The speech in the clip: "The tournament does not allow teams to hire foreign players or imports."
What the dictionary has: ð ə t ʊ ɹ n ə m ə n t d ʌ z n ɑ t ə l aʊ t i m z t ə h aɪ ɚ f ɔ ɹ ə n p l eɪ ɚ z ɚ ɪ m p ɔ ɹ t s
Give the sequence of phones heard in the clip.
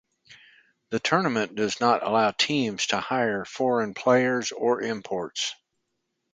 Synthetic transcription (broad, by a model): ð ə t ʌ ɹ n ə m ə n d ʌ z n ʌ t ə l aʊ t i m z t ə h aɪ ɚ f ɔ ɹ ə n p l eɪ ɚ z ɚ ɪ m p ɔ ɹ t s